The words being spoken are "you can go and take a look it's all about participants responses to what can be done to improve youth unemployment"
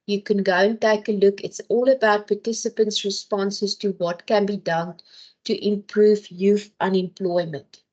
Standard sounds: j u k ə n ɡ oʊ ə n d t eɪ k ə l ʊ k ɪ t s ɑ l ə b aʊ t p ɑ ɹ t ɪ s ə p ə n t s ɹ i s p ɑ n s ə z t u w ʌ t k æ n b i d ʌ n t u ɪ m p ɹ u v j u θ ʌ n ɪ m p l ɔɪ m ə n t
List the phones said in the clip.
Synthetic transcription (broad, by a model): j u k ə n ɡ oʊ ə n t eɪ k ə l ʊ k ɪ t s ɑ l ə b aʊ t p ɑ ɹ t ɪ s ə p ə n t s ɹ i s p ɑ n s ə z t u w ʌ t k æ n b i d ʌ n t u ɪ m p ɹ u v j u f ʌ n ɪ m p l ɔɪ m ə n t